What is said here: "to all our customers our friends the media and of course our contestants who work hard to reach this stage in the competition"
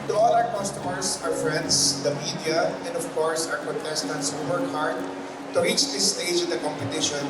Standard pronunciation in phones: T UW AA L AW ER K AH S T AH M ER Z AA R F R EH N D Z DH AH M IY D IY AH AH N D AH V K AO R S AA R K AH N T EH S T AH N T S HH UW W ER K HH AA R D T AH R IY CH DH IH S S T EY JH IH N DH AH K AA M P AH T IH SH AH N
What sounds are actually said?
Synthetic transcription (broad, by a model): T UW AA L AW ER K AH S T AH M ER S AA R F R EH N D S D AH M IY D IY AH AH N D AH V K AO R S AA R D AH T EH S T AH N T S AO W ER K HH AA R D T AH R IY CH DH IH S S T EY JH IH N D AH K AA M P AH T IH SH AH N